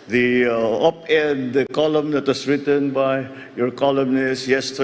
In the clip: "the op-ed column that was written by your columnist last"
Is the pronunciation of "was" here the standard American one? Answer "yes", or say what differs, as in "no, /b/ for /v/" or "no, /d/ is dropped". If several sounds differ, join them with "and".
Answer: no, /s/ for /z/